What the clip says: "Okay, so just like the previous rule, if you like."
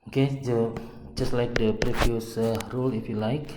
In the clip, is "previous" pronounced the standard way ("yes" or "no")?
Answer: no